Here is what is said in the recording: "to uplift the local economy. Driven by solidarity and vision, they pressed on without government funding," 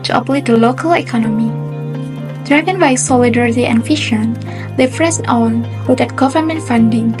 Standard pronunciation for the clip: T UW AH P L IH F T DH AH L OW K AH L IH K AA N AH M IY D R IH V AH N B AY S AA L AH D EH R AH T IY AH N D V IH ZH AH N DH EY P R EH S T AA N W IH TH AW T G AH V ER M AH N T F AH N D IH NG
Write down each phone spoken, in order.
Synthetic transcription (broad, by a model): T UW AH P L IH T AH L OW K AH L IH K AA N AH M IY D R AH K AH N B AY S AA L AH D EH R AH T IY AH N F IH SH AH N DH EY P R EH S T AA N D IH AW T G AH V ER M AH N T F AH N D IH NG